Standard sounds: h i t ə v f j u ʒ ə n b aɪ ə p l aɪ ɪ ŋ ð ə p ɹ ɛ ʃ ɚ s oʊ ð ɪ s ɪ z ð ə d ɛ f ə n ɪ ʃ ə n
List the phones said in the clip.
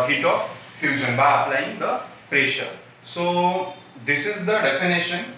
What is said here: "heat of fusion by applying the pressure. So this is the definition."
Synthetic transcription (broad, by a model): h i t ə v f j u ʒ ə n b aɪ ə p l aɪ ɪ ŋ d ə p ɹ ɛ ʃ ɚ s oʊ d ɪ s ɪ z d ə d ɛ f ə n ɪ ʃ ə n